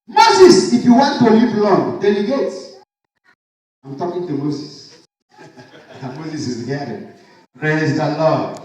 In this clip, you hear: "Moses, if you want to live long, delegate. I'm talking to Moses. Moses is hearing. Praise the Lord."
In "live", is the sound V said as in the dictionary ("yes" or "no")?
no